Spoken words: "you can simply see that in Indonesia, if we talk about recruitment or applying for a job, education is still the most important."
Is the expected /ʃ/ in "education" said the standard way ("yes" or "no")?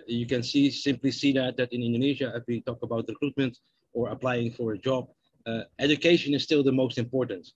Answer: yes